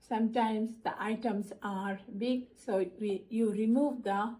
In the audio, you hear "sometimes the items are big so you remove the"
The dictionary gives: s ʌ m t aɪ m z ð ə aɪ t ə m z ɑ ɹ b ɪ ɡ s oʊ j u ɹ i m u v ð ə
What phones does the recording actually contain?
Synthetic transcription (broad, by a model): s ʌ m t aɪ m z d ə aɪ t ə m s ɑ ɹ b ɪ ɡ s oʊ j u ɹ i m u v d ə